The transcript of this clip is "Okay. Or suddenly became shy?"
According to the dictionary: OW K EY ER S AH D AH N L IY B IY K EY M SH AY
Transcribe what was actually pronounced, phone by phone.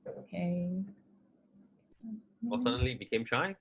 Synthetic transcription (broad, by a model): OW K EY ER S AH D AH N L IY B IY K EY M SH AY